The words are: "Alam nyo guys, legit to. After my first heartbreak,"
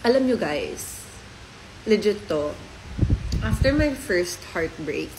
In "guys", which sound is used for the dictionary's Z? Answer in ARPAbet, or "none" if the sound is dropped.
S